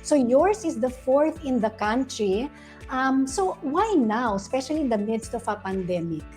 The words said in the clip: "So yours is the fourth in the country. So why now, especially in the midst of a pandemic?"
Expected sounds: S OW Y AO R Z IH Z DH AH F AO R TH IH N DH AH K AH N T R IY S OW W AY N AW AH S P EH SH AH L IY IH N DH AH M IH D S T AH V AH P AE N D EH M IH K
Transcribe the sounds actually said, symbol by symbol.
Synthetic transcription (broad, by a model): S OW Y AO R S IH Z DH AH F AO R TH IH N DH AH K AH N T R IY S OW W AY N AW AH S P EH SH AH L IY IH N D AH M IH D S T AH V AH P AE N D EH M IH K